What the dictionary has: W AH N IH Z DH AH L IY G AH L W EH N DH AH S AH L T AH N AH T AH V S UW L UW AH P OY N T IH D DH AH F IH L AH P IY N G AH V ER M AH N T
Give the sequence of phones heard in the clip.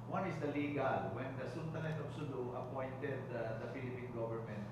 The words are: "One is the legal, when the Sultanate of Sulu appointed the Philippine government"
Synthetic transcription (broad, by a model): W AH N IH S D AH L IY G AH L W EH N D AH S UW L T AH L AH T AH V S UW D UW AH P OY N T IH D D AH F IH L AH P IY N G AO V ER M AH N T